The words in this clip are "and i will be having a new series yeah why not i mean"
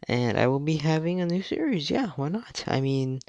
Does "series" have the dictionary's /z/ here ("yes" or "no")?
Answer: yes